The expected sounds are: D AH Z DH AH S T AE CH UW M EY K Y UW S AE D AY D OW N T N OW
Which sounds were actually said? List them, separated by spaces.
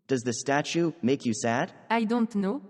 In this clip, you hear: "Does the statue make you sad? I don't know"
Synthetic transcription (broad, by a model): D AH Z DH AH S T AE CH UW M EY K Y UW S AE D AY D OW N T N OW